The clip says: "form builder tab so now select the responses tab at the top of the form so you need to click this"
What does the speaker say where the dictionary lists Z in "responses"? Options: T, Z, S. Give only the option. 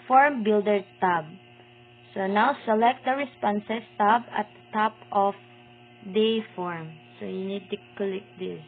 S